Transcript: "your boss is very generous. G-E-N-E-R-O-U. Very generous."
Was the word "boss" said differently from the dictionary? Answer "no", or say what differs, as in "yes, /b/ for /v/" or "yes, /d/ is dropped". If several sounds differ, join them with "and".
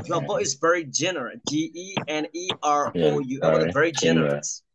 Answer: yes, /s/ is dropped